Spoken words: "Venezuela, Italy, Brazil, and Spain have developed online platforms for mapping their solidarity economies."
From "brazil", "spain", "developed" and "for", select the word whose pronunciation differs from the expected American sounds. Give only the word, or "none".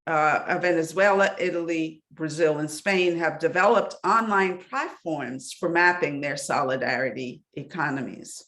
none